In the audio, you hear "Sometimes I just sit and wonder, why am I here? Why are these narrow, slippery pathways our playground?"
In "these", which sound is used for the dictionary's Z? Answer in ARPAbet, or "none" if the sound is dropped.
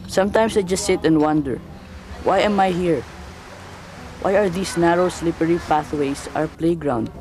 S